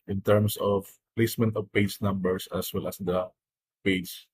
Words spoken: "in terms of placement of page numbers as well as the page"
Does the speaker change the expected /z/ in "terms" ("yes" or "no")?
yes